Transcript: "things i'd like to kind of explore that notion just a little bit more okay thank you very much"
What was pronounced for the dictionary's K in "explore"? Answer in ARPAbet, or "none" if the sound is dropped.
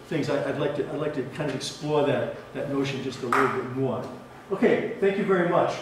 K